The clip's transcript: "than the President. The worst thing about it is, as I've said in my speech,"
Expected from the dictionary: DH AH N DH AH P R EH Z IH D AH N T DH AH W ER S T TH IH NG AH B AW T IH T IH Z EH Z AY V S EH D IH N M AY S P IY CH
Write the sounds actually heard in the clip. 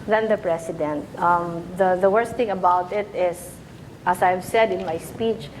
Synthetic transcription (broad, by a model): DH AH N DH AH P R EH S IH D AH N T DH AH W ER S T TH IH NG AH B AW T IH T IH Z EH S AY V S EH D IH N M AY S P IY CH